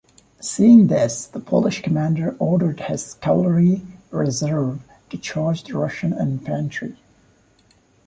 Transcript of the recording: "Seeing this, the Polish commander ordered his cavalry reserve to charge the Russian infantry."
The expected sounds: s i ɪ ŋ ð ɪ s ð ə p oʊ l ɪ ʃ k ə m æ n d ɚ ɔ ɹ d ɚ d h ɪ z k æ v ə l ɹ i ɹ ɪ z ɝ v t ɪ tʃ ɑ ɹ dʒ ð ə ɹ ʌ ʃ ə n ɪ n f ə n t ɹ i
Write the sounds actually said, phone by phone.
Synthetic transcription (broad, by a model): s i ɪ ŋ ð ɪ s ð ə p oʊ l ɪ ʃ k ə m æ n d ɚ ɔ ɹ d ɚ d h ɪ z k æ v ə ɹ i ɹ ɪ z ɝ v t ɪ tʃ ɑ ɹ dʒ ð ə ɹ ʌ ʃ ə n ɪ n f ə n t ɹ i